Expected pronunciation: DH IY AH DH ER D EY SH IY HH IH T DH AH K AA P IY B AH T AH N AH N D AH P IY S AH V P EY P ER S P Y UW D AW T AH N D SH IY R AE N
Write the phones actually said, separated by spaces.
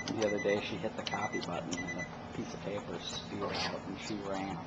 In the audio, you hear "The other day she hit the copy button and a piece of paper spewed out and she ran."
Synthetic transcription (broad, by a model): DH IY AH DH ER D EY SH IY HH IH T DH AH K AA F IY B AH T N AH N AH P IY S AH V P EY P ER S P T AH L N SH IY R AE N